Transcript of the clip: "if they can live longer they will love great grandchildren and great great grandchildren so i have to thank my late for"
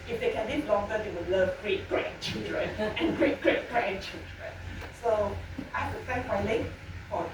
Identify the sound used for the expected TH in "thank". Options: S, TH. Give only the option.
S